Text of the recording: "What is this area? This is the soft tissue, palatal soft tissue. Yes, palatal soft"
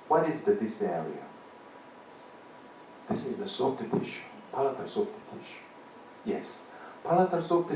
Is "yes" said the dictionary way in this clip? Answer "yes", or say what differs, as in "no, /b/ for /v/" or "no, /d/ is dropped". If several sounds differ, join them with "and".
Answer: yes